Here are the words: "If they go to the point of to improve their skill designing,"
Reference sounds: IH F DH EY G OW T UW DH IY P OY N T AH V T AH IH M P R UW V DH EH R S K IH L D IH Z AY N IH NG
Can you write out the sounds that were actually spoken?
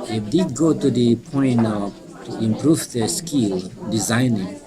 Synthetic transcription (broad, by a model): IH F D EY G OW T UW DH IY P OY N AH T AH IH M P R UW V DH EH S K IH L D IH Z AY N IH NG